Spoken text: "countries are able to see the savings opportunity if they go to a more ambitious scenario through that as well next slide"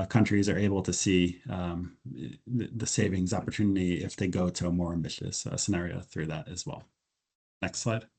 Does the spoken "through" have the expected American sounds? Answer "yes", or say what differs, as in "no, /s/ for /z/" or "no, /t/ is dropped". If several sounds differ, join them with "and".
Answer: yes